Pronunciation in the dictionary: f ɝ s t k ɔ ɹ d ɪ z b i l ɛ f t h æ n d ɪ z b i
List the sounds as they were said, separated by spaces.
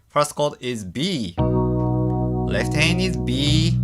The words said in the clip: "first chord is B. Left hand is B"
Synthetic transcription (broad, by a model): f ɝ s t k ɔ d ɪ z b i l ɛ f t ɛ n ɪ z b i